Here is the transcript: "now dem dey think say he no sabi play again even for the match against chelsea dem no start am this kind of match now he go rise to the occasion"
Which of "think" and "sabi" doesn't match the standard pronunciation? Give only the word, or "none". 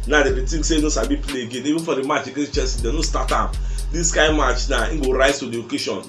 think